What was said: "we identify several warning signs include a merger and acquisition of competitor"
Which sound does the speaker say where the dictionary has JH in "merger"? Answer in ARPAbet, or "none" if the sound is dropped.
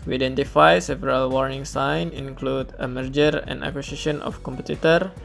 JH